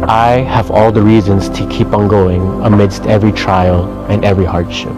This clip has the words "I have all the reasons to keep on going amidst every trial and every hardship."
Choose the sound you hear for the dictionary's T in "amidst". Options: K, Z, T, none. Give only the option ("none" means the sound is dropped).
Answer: T